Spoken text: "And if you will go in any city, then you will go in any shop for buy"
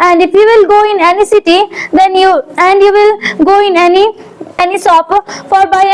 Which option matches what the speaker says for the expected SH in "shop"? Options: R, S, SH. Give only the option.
S